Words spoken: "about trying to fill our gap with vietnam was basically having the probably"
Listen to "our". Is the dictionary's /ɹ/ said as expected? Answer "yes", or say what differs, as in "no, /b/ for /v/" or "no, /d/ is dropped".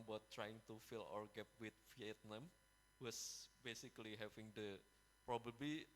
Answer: yes